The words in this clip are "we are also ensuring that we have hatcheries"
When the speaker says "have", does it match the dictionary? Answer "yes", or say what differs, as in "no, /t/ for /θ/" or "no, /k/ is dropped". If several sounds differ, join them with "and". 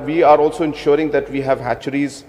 yes